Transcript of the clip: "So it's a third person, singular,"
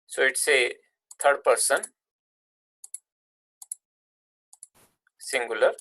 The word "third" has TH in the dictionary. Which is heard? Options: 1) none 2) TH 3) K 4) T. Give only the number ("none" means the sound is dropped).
4